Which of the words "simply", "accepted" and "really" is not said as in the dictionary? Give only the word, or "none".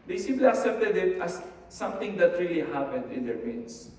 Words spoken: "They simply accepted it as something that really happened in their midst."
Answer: accepted